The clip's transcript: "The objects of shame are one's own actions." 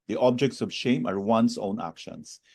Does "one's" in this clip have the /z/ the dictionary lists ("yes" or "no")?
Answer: no